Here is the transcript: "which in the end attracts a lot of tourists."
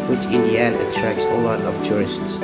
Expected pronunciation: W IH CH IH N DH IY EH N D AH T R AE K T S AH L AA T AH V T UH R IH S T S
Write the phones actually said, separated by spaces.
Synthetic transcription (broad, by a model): W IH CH IH N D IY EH N AH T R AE K S AH L AA T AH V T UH R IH S T S